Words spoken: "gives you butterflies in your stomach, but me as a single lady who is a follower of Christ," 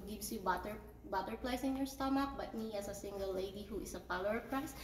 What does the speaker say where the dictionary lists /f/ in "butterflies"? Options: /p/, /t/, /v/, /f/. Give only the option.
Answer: /p/